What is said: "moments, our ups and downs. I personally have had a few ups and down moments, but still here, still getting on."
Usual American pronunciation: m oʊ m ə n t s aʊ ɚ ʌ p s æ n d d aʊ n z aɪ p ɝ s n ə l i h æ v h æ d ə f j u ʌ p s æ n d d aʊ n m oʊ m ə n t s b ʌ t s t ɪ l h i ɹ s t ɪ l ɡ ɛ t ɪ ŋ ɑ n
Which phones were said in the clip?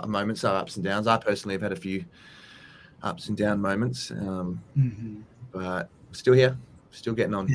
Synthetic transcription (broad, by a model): m oʊ m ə n t s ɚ ʌ p s n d d aʊ n z aɪ p ɝ s n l i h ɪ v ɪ d ə f j u ʌ p s n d d aʊ n m oʊ m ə n t s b ʌ t s t ɪ l h i ɹ s t ɪ l ɡ ɛ t ɪ ŋ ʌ n